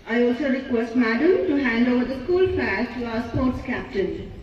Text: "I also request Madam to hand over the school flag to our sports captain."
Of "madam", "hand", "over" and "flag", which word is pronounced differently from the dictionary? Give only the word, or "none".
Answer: flag